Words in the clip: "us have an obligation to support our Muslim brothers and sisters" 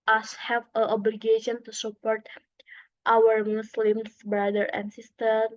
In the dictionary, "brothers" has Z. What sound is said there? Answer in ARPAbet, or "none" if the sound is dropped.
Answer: none